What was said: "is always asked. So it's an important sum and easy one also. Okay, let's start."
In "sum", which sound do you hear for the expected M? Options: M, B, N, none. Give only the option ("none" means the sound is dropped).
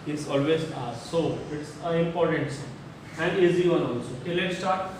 none